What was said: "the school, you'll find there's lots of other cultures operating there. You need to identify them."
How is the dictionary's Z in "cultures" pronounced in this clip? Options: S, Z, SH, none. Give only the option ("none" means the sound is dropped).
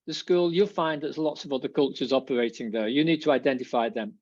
Z